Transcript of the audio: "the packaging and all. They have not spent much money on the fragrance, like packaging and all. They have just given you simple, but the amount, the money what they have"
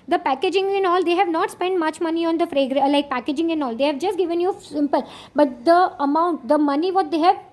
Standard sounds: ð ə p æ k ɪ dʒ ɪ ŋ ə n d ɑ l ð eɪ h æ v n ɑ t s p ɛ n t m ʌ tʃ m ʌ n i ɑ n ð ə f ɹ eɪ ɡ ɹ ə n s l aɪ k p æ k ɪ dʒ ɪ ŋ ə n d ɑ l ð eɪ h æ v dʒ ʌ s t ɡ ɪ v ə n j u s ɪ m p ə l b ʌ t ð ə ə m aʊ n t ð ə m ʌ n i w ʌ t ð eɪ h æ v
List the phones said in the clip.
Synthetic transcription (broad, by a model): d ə p æ k ɪ dʒ ɪ ŋ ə n ɑ l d eɪ h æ v n ɑ t s p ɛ n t m ʌ tʃ m ʌ n i ɑ n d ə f ɹ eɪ ɡ ɹ l aɪ k p æ k ɪ dʒ ɪ ŋ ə n ɑ l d eɪ h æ v dʒ ʌ s t ɡ ɪ v ə n j u s ɪ m p ə l b ʌ t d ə ə m aʊ n t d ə m ʌ n i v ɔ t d eɪ h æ v